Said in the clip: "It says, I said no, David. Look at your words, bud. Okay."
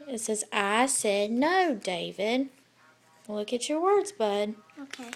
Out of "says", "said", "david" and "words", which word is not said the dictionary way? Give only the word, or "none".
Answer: none